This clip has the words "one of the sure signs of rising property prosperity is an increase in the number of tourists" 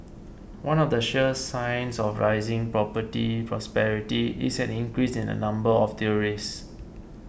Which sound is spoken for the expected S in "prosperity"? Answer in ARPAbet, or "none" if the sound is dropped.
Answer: S